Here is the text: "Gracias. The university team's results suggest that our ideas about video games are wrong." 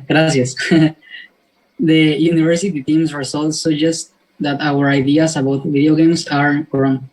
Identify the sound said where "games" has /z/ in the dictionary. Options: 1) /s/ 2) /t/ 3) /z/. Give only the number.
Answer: 1